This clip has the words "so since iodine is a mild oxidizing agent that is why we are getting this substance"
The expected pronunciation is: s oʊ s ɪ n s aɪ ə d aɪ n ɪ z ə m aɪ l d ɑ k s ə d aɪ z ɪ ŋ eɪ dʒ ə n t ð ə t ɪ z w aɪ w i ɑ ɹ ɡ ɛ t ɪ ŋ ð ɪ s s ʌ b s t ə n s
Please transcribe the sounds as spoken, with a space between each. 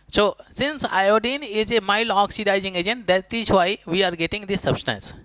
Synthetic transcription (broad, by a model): s oʊ s ɪ n s aɪ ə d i n ɪ z ə m aɪ l ɑ k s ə d aɪ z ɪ ŋ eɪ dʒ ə n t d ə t ɪ z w aɪ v i ɑ ɹ ɡ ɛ t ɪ ŋ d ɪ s s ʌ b s t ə n s